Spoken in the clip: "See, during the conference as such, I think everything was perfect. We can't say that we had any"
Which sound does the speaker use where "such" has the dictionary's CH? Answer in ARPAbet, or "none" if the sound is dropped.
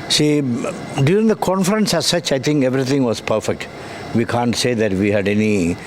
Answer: CH